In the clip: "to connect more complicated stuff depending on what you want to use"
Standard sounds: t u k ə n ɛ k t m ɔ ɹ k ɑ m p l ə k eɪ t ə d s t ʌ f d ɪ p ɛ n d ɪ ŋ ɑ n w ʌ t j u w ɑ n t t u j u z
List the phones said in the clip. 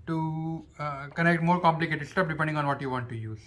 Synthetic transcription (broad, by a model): t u k ə n ɛ k t m ɔ ɹ k ɑ m p l ə k eɪ t ə d s t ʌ p d ɪ p ɛ n d ɪ ŋ ɑ n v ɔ t j u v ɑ n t t u j u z